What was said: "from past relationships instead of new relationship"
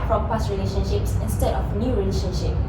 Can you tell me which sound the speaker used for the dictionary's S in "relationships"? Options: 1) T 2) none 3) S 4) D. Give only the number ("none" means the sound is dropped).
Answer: 3